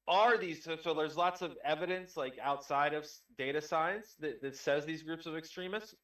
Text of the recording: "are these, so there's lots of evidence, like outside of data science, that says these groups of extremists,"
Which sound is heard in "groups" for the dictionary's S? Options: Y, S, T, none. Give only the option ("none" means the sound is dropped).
S